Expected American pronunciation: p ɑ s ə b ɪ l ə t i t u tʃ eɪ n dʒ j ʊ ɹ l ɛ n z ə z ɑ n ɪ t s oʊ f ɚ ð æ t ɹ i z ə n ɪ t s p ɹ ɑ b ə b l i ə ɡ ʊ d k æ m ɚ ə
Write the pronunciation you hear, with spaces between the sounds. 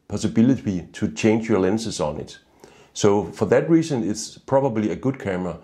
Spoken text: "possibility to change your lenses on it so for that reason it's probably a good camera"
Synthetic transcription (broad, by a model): p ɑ s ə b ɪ l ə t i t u tʃ eɪ n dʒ j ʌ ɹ l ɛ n s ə s ɑ n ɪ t s oʊ f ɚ ð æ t ɹ i s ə n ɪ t s p ɹ ɑ b ə b l i ə ɡ ʊ d k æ m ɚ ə